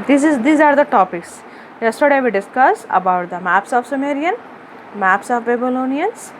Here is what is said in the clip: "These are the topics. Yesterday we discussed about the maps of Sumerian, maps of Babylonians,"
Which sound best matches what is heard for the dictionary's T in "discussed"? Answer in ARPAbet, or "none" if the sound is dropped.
none